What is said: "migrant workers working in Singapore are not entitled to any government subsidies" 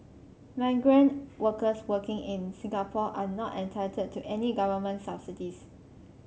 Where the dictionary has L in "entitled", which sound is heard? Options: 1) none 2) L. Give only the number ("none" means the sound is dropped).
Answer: 1